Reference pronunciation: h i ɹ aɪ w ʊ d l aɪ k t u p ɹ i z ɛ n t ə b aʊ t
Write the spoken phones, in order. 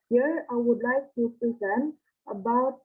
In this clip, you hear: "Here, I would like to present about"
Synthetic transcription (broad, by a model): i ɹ aɪ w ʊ d l aɪ k t u p ɹ i z ɛ n t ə b aʊ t